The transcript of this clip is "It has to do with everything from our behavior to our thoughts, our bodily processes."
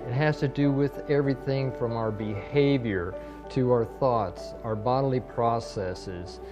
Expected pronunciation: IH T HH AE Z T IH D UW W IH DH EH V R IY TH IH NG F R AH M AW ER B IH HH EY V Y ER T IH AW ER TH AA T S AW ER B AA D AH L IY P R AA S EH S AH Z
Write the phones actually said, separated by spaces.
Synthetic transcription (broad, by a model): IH T HH AE Z T IH D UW W IH DH EH V R IY TH IH NG F R AH M AW ER B IH HH EY V Y ER T IH AW ER TH AA T S AW ER B AA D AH L IY P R AA S EH S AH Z